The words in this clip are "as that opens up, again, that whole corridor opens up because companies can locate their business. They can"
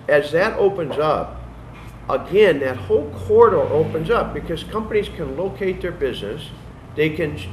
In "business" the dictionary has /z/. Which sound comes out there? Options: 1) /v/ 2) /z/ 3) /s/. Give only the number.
2